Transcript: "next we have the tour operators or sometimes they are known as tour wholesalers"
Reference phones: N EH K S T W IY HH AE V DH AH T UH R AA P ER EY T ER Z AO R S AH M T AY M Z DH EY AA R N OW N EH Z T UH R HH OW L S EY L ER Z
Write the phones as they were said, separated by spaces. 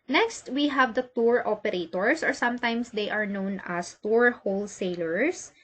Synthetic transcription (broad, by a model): N EH K S T W IY HH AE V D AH T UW R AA P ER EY T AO S AO R S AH M T AY M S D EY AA R N OW N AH S T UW R HH OW L S EY L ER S